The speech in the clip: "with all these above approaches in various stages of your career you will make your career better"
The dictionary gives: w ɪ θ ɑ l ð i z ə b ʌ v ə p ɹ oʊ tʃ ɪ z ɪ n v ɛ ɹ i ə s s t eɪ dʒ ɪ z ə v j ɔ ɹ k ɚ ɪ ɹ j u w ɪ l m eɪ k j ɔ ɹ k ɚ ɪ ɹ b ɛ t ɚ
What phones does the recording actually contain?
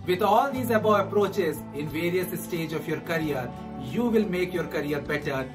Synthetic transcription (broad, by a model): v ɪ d ɑ l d i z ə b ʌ ə p ɹ oʊ tʃ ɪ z ɪ n v ɛ ɹ i ə s s t eɪ dʒ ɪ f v j ɔ ɹ k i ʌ ɹ j u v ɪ l m eɪ k j ɔ ɹ k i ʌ ɹ b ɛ t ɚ